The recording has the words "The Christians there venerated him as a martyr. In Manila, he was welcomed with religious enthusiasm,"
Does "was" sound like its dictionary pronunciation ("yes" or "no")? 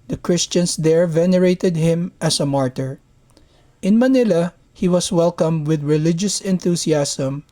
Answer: no